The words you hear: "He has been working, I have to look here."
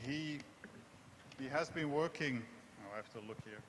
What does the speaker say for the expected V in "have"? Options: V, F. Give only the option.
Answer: F